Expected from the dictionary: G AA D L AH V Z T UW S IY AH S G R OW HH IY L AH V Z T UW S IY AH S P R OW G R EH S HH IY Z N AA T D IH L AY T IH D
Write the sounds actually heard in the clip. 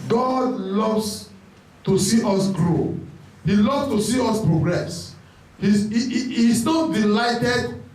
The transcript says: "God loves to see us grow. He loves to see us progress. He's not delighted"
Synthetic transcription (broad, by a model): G AA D L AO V S T UW S IY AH S G R OW HH IY L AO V S T UW S IY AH S P R OW G R EH S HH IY S N AA T D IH L AY T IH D